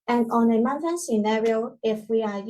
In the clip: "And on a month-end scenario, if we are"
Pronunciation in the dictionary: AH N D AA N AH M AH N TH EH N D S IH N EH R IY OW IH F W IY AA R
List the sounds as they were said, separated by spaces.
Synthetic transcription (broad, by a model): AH N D AA N AH M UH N T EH N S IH N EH R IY OW IH F W IY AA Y